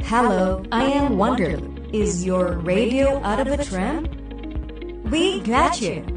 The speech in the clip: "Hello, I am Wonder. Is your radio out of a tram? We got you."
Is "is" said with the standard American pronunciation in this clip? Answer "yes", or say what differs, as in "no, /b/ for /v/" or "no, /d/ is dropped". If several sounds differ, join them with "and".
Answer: yes